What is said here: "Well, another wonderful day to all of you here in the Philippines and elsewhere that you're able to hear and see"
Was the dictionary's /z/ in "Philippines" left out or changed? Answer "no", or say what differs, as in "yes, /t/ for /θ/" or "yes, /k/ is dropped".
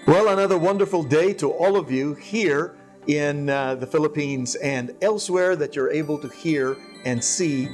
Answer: no